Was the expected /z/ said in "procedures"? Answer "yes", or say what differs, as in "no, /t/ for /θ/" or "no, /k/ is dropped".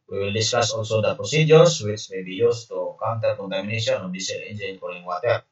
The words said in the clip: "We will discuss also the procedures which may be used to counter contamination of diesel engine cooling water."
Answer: no, /s/ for /z/